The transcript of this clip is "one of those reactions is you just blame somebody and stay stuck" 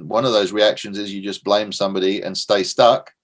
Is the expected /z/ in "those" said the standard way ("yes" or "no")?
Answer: yes